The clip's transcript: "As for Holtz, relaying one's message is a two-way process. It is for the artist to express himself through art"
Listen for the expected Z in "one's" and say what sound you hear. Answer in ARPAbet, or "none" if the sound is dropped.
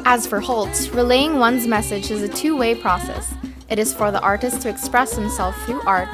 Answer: Z